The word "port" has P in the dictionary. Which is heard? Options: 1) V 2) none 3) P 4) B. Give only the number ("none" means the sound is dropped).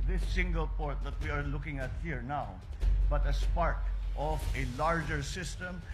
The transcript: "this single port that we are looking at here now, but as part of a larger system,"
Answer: 3